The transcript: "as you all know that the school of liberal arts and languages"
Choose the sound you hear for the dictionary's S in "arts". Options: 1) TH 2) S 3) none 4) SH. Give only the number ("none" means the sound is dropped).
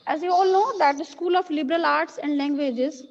2